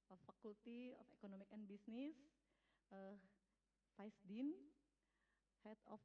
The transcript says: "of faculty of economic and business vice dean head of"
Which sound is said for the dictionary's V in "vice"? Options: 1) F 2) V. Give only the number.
1